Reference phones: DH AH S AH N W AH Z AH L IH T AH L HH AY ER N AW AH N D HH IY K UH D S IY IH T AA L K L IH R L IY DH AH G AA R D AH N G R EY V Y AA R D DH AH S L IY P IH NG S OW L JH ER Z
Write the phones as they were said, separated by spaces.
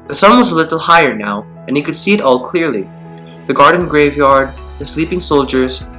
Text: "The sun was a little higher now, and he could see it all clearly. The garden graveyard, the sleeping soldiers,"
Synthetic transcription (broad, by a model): DH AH S AH N W AH Z AH L IH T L HH AY ER N AW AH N HH IY K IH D S IY IH T AA L K L IH R L IY DH AH G AA R D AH N G R EY V Y AA R D DH AH S L IY P IH NG S OW L JH ER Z